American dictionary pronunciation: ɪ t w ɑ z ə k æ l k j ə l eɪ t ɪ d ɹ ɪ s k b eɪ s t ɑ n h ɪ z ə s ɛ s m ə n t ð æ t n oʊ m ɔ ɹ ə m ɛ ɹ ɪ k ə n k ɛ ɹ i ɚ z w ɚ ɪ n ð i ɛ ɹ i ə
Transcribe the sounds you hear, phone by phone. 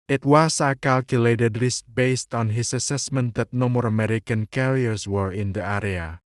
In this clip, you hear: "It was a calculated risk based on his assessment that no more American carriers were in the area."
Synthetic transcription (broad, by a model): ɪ t w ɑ s ə k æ l k j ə l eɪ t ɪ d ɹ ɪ s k b eɪ s t ɑ n h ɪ s ə s ɛ s m ə n t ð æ t n oʊ m ɔ ɹ ə m ɛ ɹ ɪ k ə n k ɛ ɹ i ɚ s w ɚ ɪ n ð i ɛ ɹ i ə